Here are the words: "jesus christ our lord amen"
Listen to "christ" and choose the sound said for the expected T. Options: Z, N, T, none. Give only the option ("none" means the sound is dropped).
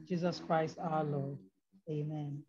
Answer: T